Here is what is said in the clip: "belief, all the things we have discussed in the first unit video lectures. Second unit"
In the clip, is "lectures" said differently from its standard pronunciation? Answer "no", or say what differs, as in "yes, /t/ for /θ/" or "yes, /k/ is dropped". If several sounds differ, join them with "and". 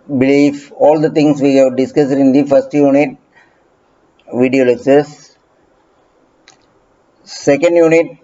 yes, /s/ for /tʃ/